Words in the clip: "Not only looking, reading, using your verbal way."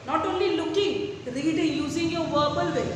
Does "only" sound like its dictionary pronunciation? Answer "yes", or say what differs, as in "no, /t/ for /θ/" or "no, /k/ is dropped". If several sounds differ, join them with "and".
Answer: yes